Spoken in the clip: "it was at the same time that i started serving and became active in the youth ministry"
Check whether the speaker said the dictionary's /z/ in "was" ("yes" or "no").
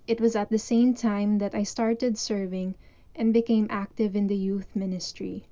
yes